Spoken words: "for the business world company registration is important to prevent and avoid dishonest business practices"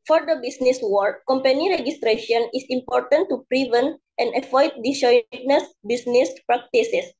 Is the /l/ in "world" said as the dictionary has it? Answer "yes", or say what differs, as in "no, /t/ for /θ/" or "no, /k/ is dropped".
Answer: no, /l/ is dropped